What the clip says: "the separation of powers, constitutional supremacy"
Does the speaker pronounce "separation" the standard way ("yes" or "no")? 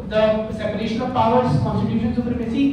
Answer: yes